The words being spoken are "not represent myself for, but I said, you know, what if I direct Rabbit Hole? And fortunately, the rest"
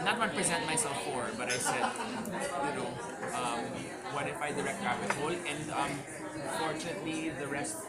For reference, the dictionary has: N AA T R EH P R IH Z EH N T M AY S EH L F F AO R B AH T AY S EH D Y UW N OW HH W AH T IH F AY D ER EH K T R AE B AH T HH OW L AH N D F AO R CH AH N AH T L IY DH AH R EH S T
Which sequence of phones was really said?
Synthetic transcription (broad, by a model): N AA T W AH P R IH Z EH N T M AY S EH L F F AO R B AH T AY S EH D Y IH L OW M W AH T IH F AY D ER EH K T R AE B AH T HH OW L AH N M F AO R CH AH N AH T L IY DH AH R EH S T